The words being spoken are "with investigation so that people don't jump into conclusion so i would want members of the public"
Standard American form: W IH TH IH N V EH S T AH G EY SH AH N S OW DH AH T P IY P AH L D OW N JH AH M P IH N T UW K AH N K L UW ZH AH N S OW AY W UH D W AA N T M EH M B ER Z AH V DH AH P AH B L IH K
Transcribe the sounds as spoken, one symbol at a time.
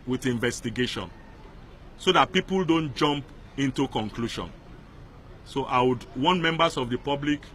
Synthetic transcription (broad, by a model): W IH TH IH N V EH S T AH G EY SH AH N S OW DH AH T P IY P AH L D OW N JH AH M P IH N T UW K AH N K L UW SH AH N S OW AY W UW D W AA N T M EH M B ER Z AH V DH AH P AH B L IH K